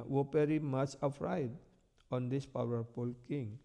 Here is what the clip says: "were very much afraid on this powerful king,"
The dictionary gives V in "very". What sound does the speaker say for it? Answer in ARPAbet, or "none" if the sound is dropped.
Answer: P